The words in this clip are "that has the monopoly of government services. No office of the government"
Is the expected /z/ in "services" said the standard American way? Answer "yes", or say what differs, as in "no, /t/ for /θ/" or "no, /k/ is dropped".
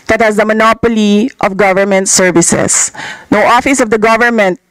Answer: no, /s/ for /z/